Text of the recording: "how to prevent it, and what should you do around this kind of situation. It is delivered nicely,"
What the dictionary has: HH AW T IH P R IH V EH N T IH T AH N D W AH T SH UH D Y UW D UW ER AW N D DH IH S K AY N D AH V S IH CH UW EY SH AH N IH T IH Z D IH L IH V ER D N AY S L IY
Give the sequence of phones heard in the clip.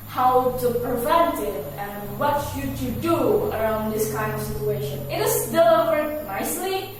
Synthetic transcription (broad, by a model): HH AW T IH P R IH V EH N T IH T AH N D W AH T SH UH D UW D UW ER AW N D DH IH S K AY N D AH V S IH CH UW EY SH AH N IH T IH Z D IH L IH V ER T N AY S L IY